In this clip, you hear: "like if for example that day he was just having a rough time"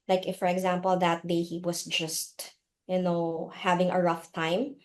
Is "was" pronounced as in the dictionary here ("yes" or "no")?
no